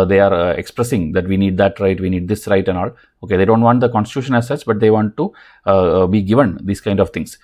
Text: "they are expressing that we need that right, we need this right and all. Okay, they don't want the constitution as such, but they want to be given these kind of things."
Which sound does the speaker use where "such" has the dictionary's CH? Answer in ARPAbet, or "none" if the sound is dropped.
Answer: S